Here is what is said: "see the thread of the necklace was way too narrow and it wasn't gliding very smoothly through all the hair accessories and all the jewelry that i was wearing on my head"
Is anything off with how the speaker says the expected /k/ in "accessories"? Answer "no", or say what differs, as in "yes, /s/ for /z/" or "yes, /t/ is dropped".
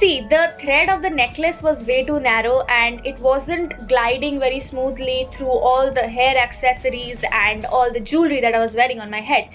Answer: no